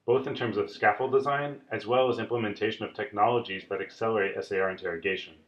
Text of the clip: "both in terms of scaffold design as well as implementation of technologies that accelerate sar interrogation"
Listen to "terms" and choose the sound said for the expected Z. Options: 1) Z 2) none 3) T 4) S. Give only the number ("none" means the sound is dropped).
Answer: 1